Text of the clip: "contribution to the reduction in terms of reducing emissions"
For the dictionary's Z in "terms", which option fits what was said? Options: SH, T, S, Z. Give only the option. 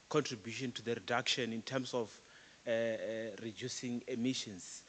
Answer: S